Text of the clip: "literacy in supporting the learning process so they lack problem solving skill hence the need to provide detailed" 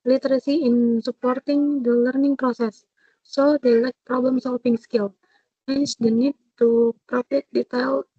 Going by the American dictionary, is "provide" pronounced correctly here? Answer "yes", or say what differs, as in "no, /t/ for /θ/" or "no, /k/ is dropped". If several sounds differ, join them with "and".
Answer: no, /f/ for /v/